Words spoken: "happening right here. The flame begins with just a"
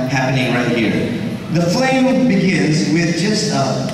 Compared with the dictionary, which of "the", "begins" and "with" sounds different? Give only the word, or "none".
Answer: none